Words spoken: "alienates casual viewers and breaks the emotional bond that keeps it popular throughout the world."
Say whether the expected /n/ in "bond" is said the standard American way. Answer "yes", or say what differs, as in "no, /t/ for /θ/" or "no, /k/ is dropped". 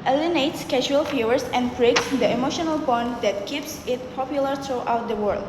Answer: yes